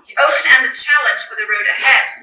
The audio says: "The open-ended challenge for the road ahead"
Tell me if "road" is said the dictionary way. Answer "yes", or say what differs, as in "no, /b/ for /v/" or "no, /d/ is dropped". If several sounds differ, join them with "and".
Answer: yes